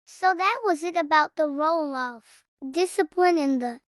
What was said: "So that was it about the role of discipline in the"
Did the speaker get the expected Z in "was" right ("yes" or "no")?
yes